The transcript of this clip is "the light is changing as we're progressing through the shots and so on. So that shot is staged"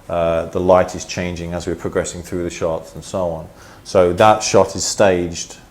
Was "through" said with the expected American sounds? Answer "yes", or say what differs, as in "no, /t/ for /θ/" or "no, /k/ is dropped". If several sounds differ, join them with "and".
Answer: yes